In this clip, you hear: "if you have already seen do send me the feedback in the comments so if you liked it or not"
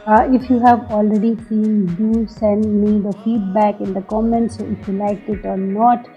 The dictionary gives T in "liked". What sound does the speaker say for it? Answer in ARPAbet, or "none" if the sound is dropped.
none